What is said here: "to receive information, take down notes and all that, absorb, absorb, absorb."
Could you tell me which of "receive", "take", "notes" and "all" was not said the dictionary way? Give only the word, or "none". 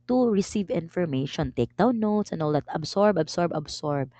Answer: none